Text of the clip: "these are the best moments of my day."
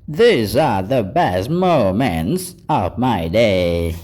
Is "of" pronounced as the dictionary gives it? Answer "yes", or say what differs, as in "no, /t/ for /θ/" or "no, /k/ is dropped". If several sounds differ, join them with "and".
yes